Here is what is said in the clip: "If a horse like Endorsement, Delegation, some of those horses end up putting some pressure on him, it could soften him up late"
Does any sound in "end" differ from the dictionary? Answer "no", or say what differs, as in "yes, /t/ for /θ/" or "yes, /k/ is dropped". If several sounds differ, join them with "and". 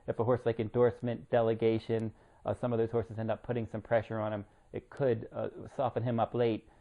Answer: no